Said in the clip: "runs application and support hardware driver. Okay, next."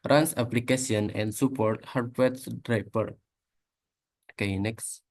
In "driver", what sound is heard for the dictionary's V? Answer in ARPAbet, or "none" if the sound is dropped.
P